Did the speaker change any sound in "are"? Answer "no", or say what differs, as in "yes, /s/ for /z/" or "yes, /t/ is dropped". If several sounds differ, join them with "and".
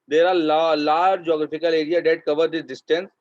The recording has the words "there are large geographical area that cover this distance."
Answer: yes, /l/ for /ɹ/